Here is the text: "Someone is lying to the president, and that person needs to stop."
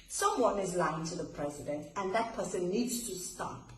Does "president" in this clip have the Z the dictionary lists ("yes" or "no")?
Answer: yes